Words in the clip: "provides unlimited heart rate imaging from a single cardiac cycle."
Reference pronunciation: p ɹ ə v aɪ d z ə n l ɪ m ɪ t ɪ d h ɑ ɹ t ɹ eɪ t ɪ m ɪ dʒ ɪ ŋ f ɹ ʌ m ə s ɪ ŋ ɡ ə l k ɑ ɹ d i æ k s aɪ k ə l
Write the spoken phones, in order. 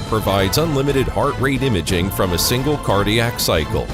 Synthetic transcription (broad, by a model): p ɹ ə v aɪ d z ə n l ɪ m ɪ t ɪ d h ɑ ɹ t ɹ eɪ t ɪ m ɪ dʒ ɪ ŋ f ɹ ʌ m ə s ɪ ŋ ɡ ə l k ɑ ɹ d i æ k s aɪ k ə l